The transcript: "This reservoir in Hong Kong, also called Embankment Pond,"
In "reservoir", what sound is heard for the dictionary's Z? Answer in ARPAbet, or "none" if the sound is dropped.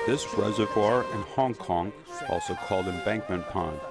Z